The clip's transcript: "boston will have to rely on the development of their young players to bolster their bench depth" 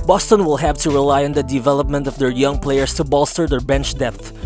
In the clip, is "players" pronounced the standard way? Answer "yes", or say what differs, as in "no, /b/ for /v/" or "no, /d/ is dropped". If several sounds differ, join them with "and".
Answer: no, /s/ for /z/